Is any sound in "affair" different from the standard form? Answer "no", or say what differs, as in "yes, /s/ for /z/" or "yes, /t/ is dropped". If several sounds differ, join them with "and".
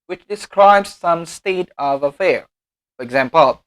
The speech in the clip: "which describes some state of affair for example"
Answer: no